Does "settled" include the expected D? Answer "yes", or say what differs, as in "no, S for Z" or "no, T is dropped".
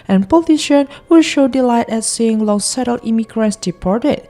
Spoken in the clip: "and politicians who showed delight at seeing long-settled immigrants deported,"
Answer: no, D is dropped